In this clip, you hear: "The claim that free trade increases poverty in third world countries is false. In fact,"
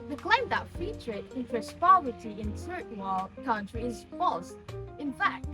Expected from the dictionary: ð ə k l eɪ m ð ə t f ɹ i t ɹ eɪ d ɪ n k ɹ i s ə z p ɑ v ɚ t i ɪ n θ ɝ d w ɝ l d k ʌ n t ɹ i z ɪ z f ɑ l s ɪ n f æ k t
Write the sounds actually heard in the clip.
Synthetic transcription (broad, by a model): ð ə k l eɪ m ð ə t f i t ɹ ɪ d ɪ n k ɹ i s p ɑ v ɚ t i ɪ n s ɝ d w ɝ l k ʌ n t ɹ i ɪ z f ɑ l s ɪ n f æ k t